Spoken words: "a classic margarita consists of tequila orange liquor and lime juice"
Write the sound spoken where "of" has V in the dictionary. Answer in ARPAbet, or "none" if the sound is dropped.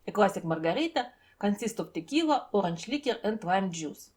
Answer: P